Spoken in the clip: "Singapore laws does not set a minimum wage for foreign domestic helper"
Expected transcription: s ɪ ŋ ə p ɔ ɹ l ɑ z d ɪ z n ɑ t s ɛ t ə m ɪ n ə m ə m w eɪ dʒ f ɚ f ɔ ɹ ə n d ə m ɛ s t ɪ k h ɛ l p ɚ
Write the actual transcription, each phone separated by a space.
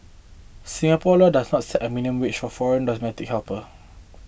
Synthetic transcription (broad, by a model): s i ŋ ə p ɔ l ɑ d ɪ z n ɑ t s ɛ t ə m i n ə ə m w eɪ tʃ f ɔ f ɔ ɹ ə n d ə m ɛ t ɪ k h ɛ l p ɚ